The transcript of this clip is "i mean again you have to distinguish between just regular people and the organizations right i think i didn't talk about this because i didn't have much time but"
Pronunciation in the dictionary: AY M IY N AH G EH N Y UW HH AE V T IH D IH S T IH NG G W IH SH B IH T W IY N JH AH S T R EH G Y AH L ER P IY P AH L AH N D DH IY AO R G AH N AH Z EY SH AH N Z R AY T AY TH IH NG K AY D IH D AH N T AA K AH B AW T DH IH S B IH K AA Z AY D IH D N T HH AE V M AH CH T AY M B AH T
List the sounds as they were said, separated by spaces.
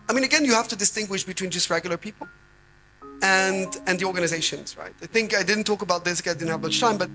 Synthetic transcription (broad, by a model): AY M IY N AH G EH N Y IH HH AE F T IH D IH S T IH NG G W IH SH B IH T W IY N JH AH S T R EH G Y L ER P IY P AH L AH N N DH IY AO R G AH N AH Z EY SH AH N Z R AY T AY TH IH NG K AY D IH D N T AA K AH B AW T DH IH S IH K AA IH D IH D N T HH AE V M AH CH T AY M B AH T